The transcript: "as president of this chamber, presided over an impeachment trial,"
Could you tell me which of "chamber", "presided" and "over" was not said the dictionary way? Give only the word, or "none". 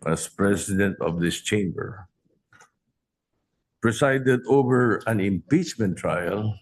presided